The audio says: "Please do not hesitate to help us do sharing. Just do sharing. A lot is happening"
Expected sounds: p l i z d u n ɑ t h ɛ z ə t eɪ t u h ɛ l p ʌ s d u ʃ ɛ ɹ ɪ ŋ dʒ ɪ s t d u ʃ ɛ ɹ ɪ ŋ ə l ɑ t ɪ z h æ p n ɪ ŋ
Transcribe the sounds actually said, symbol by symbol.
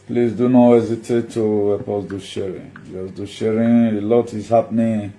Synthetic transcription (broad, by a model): p l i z d u n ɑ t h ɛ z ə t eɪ t u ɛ p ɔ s d u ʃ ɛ ɹ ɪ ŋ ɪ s d u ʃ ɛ ɹ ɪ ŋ ə l ɑ t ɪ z h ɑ p n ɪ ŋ